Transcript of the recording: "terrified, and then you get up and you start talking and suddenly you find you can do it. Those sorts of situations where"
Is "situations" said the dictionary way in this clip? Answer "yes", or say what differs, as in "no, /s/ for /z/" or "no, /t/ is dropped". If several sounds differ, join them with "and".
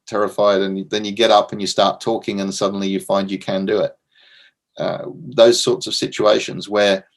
yes